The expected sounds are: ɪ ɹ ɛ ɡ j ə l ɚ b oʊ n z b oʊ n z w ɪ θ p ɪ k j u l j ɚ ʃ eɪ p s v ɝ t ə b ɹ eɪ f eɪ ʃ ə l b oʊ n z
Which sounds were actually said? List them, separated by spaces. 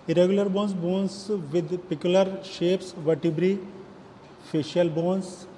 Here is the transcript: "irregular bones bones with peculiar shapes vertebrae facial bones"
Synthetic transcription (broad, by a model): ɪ ɹ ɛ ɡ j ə l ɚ b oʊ n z b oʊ n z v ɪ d p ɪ k j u l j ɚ ʃ eɪ p s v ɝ t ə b ɹ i f eɪ ʃ ə l b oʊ n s